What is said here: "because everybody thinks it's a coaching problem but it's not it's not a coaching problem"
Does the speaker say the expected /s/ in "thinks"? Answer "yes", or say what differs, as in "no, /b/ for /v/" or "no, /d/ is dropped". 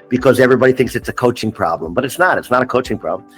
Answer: yes